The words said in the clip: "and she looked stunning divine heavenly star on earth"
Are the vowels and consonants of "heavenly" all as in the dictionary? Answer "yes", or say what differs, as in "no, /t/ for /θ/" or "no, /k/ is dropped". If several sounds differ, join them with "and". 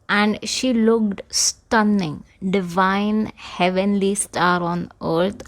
yes